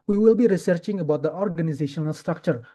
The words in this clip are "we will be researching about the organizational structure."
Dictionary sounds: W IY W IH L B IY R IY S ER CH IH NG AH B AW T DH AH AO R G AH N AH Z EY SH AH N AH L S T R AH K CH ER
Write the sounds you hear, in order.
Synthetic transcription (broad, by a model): W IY W IH L B IY R IY S ER CH IH NG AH B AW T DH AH AO R G AH N AH Z EY SH AH N AH L S T R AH K CH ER